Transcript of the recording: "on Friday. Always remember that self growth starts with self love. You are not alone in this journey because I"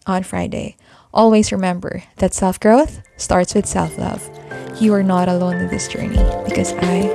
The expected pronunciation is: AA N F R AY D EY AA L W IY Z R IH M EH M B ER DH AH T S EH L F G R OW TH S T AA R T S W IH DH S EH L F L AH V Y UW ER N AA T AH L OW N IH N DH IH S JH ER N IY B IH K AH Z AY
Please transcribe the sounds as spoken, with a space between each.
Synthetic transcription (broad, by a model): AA N F R AY D EY AA L W IY Z R IH M EH M B ER DH AH T S EH L F G R OW TH S T AA R T S W IH DH S EH L F L AH V Y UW ER N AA T AH L OW N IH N DH IH S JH ER N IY B IH K AH Z AY